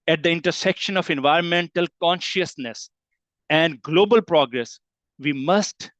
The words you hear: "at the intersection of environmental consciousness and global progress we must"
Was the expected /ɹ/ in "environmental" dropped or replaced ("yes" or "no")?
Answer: no